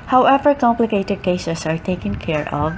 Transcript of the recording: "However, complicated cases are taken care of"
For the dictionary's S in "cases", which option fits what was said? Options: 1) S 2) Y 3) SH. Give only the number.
3